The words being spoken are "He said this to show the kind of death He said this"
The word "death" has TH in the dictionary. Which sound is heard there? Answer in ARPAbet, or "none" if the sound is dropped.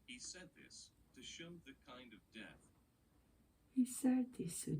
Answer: TH